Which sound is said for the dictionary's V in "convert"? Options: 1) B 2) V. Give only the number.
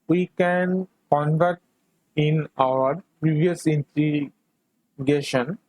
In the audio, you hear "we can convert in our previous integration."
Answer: 2